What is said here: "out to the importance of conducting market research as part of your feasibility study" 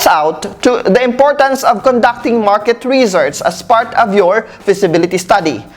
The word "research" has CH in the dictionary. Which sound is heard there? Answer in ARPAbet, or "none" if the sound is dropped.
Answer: S